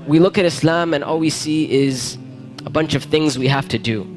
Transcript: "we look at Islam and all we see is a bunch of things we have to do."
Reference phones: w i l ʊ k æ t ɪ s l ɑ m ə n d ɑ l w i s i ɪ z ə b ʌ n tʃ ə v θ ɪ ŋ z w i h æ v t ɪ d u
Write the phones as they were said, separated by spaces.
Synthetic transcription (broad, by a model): w i l ʊ k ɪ t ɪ s l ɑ m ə n ɑ l w i s i ɪ z ə b ʌ n tʃ ə v θ ɪ ŋ z w i h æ f t ɪ d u